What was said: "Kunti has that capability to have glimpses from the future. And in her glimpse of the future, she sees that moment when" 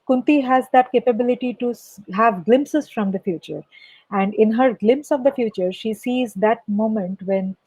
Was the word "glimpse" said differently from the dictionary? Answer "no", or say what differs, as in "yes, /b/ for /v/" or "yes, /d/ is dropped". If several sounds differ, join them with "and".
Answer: no